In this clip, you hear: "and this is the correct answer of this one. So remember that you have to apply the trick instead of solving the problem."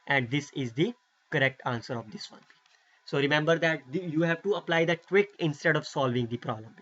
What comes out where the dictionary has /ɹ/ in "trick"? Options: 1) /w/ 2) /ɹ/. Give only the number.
1